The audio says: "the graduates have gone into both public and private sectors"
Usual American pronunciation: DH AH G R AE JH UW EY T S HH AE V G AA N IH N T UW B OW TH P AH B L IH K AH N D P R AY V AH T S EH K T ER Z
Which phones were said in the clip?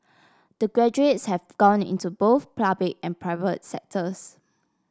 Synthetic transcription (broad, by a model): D AH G R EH JH UW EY T S HH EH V G AA N IH N T UW B OW TH P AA B L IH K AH N P R AY V AH T S EH K T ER S